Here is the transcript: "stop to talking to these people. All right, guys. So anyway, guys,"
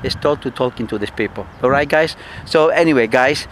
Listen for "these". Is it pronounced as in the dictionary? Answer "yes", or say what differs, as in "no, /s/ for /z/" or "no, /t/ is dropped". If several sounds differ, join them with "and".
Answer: no, /s/ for /z/